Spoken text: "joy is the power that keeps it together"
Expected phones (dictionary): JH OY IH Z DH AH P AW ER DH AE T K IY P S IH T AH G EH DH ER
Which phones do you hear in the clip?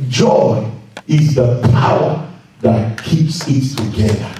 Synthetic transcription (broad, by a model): JH OY IH Z DH AH P AW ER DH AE T K IY P S IH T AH G EH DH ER